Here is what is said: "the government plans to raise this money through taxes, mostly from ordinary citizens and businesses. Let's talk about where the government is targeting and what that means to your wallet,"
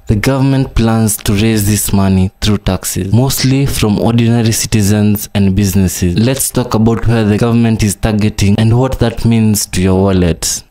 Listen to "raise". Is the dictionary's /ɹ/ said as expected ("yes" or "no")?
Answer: yes